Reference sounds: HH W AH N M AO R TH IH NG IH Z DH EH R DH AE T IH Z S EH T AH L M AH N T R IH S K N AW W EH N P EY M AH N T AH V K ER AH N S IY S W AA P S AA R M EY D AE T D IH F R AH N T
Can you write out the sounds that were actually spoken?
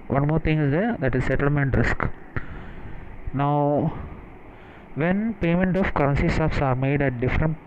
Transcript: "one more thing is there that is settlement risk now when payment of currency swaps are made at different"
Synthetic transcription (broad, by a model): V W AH N M AO R T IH NG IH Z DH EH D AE T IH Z S EH T AH L M AH N T R IH S K N AW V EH N P EY M AH N T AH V K ER AH N S IY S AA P S AA R M EY D AE T D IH F R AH N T